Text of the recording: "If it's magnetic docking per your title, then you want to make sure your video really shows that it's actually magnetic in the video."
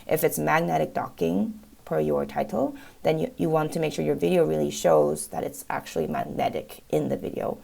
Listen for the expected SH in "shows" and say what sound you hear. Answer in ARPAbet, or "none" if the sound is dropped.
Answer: SH